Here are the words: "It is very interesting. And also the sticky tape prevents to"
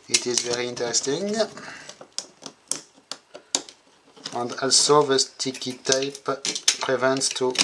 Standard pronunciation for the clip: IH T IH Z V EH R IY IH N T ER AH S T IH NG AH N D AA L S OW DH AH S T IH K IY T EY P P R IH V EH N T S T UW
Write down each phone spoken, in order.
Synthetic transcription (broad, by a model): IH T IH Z V EH R IY IH N T ER AH S T IH NG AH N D AA L S OW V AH S T IH K IY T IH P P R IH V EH N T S T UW